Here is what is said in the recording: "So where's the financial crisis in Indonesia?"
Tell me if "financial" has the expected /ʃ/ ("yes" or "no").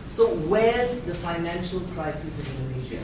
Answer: yes